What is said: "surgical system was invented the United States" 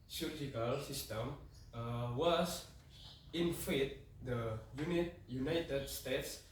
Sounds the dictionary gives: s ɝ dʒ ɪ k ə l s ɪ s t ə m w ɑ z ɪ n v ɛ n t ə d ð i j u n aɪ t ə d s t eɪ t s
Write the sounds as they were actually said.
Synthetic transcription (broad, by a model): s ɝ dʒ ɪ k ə l s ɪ s t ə m w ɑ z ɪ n f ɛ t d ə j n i j u n aɪ t ə d s t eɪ t s